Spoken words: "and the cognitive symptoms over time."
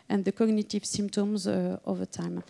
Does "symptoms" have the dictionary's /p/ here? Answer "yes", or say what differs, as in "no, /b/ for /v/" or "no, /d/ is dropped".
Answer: yes